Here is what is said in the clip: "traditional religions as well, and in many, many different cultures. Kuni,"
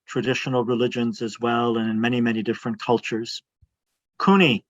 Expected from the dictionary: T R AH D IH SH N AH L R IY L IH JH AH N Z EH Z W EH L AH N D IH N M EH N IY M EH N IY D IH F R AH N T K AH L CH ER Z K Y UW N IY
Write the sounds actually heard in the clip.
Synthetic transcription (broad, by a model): T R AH D IH SH N L R IY L IH JH AH N Z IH Z W EH L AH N IH N M EH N IY M EH N IY D IH F R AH N K AH L CH ER Z K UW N IY